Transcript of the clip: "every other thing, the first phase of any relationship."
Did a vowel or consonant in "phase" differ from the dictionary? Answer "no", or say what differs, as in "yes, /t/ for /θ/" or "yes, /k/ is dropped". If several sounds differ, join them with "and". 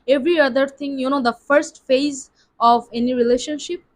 no